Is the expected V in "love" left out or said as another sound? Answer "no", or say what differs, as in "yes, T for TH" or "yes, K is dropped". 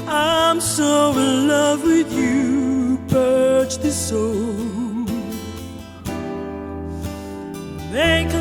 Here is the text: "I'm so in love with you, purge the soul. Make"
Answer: no